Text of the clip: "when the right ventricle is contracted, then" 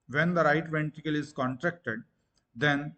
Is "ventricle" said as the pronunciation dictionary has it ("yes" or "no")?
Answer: no